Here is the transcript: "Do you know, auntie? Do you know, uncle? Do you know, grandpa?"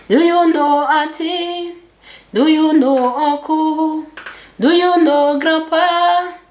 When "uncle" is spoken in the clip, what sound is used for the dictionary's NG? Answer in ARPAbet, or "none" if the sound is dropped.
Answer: none